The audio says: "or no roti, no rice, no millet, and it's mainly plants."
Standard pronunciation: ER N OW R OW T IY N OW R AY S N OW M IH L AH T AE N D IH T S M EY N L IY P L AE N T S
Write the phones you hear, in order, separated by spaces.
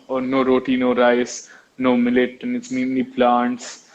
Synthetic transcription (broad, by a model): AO N OW R OW T IY N OW R AY S N OW M IH L AH T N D IH T S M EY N IY P L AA N T S